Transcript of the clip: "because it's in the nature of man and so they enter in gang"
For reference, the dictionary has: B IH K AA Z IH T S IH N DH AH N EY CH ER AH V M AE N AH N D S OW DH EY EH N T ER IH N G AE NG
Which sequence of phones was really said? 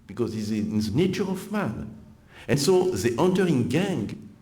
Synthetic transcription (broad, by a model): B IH K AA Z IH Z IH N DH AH N EY CH ER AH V M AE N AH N S OW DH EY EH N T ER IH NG G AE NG